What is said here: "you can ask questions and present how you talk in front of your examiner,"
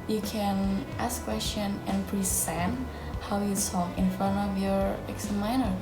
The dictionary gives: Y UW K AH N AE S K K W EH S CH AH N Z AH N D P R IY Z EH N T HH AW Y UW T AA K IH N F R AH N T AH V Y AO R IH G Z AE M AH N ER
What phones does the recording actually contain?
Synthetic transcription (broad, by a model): Y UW K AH N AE S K K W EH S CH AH N AH N P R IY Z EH N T HH AW Y UW S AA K IH N F R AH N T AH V Y AO R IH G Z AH M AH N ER